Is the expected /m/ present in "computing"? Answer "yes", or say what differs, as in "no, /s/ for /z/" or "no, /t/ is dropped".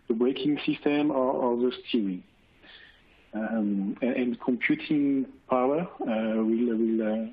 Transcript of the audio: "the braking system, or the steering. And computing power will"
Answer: yes